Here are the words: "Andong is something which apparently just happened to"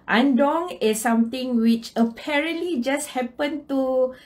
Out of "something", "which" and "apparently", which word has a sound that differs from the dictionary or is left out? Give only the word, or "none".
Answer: something